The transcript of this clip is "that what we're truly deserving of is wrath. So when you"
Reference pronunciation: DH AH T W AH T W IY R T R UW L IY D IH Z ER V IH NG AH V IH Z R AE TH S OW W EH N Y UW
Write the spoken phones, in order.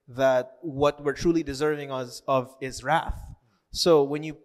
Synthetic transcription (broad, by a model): DH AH T W AH T W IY R T R UW L IY D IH Z ER V IH NG AH V IH Z R AE TH S OW W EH N Y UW